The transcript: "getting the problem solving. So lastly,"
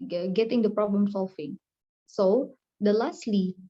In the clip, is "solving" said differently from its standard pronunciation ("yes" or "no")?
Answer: yes